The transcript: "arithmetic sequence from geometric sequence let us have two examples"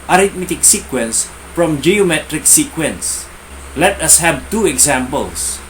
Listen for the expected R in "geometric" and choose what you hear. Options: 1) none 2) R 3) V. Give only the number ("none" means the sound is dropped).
2